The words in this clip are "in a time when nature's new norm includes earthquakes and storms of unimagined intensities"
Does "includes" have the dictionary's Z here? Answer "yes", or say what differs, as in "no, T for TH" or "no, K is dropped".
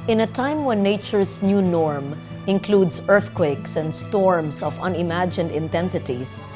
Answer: no, S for Z